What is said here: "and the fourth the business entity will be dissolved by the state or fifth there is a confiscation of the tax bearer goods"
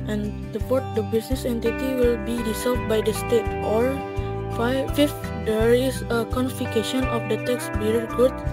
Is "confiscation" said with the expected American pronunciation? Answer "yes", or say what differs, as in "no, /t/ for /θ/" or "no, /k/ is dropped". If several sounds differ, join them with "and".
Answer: no, /s/ is dropped